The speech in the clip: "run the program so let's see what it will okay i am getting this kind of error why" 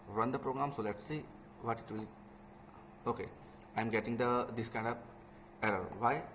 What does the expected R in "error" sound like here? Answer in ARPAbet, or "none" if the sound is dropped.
R